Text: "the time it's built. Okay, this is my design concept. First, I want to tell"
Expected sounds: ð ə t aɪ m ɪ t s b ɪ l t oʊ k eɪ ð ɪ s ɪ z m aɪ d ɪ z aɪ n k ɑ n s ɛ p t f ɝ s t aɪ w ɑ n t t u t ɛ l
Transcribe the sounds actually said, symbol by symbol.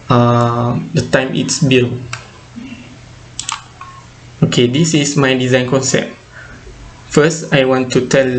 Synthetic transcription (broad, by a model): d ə t aɪ m ɪ t s b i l oʊ k eɪ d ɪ s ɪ s m aɪ d ɪ z aɪ n k ɑ n s ɛ p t f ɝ s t aɪ w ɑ n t t u t ɛ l